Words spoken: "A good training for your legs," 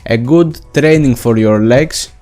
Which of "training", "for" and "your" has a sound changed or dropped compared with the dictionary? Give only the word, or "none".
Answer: none